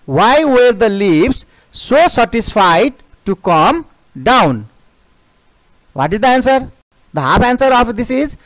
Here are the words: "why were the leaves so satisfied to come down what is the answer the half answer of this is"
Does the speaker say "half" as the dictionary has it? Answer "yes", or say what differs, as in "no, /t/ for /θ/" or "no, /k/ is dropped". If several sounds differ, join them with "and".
no, /p/ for /f/